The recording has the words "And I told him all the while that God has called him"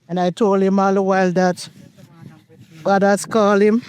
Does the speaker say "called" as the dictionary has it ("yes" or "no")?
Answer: no